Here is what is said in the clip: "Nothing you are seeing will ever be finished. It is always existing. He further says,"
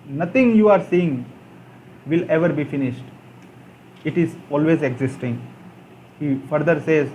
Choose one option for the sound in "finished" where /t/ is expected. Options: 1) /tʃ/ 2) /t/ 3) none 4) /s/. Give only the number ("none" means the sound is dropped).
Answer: 2